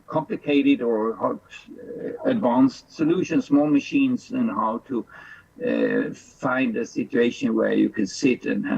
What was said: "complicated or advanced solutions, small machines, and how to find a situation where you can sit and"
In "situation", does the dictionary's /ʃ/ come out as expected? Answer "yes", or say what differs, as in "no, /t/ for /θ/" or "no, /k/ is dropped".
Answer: yes